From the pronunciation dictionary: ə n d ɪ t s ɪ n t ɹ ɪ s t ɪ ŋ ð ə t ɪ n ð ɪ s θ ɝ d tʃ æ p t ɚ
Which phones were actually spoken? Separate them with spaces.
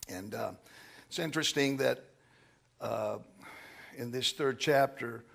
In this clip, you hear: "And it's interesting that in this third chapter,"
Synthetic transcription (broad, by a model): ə n ɪ t s ɪ n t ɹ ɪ s t ɪ ŋ ð ə t ɪ n ð ɪ s θ ɝ d tʃ æ p t ɚ